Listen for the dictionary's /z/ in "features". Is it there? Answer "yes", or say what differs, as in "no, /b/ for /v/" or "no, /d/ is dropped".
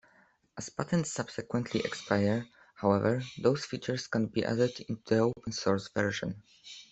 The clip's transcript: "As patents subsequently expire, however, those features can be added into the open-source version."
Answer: no, /s/ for /z/